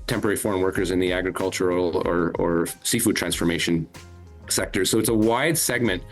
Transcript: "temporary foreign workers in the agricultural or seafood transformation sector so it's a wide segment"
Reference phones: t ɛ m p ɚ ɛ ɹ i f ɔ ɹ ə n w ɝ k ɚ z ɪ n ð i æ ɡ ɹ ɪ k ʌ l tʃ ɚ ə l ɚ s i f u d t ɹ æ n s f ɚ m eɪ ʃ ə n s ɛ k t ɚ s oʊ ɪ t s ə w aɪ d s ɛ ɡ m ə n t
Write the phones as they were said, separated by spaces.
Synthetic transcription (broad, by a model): t ɛ m p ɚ ɛ ɹ i f ɔ ɹ ə n w ɝ k ɚ z ɪ n ð i æ ɡ ɹ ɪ k ʌ l tʃ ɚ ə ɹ ɚ s i f u d t ɹ æ n s f ɚ m eɪ ʃ ə n s ɛ k t ɚ s oʊ ɪ t s ə w aɪ d s ɛ ɡ m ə n t